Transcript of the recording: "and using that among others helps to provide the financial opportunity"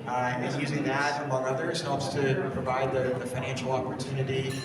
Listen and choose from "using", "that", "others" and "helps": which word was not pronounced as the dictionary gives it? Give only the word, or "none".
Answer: none